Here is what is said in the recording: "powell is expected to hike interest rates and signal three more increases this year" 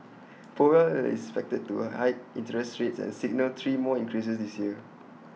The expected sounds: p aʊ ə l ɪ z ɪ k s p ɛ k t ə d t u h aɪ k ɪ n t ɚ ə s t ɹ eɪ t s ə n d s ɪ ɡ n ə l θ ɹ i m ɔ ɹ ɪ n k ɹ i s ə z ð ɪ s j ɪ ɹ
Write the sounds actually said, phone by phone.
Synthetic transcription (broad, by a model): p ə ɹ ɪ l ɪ s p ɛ k t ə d t u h aɪ ɪ n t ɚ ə s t ɹ eɪ t s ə n s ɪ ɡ n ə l t ɹ i m ɔ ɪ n k ɹ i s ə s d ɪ s j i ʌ